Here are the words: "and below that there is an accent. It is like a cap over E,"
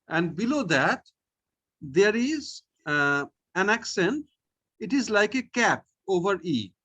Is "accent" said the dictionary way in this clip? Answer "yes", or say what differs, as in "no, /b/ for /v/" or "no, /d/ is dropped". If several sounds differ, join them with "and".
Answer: yes